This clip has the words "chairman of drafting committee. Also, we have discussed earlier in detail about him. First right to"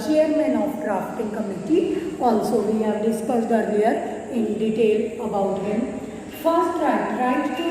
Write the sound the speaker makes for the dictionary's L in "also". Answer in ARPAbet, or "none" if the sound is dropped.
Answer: N